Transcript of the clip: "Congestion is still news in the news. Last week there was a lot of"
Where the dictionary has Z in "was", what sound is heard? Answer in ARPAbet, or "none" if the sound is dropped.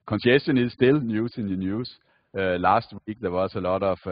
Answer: S